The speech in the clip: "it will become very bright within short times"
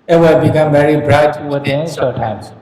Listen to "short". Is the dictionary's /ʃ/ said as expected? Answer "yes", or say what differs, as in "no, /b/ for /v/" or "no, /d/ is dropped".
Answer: no, /s/ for /ʃ/